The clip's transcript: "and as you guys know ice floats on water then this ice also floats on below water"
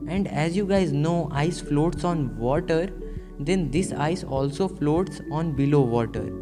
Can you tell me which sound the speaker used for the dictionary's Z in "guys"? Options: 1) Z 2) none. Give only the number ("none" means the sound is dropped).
1